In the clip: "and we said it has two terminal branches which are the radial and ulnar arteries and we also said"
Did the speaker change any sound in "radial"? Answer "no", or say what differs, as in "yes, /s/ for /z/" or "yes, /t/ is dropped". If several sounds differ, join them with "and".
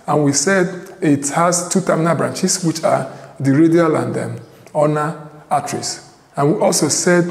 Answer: no